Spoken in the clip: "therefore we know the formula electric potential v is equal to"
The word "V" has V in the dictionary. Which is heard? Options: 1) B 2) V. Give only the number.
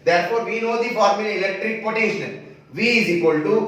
2